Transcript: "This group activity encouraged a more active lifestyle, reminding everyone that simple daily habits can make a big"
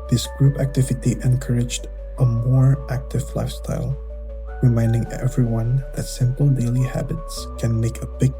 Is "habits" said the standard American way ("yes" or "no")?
yes